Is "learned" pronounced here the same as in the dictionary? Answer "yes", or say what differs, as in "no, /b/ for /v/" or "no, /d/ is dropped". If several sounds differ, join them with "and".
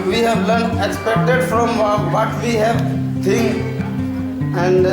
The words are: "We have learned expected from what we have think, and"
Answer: no, /d/ is dropped